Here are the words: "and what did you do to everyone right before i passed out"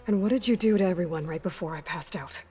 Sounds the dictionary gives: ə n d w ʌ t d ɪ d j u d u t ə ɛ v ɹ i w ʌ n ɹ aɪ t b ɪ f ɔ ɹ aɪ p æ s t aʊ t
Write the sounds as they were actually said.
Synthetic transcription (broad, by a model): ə n w ʌ t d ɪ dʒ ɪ d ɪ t ɛ v ɹ i w ʌ n ɹ aɪ t b ɪ f ɔ ɹ aɪ p æ s t aʊ t